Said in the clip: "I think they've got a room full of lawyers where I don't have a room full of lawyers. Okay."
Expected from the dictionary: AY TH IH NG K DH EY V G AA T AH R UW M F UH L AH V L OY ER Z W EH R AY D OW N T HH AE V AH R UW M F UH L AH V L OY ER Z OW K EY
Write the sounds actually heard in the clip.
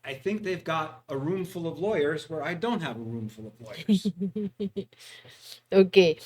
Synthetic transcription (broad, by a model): AY TH IH NG K DH EY V G AA T AH R UW M F UH L AH V L OY ER Z W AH R AY D OW N T HH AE V AH R UW M F UH L AH V L OY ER OW K EY